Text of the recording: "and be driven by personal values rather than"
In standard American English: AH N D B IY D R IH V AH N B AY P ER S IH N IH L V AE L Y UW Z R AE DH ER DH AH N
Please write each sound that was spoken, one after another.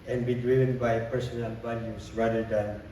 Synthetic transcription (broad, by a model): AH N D B IY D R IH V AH N B AY P ER S IH N IH L B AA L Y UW S R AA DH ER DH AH N